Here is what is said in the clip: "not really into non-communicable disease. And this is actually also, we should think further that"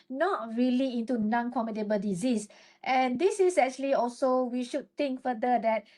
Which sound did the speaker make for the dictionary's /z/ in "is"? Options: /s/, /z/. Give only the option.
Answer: /s/